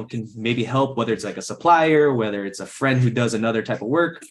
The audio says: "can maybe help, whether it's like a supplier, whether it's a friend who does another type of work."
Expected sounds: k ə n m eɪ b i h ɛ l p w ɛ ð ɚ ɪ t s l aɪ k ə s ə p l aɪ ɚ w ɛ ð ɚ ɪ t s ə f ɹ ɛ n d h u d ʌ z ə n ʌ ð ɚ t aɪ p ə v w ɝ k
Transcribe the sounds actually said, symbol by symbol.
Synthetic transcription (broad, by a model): k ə n m eɪ b i h ɛ l p w ɛ ð ɚ ɪ t s l aɪ k ə s ə p l aɪ ɚ w ɛ ð ɚ ɪ t s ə f ɹ ɛ n d h u d ʌ z ə n ʌ ð ɚ t aɪ p ə v w ɝ k